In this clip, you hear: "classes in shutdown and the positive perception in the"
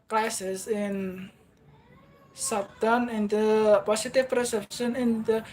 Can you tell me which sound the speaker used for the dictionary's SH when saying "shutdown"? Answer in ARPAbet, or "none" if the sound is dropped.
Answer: S